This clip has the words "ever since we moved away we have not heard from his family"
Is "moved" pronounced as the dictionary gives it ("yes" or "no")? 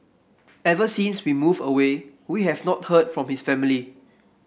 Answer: no